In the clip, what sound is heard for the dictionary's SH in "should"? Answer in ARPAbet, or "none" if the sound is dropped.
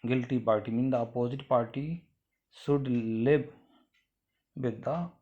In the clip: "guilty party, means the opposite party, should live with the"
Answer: S